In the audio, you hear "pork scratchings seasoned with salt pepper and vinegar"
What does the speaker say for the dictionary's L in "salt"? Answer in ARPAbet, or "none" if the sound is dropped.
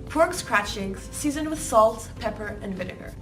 L